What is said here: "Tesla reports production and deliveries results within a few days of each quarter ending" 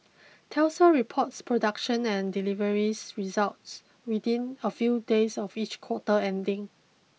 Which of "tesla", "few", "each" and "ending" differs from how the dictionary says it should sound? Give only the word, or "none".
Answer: tesla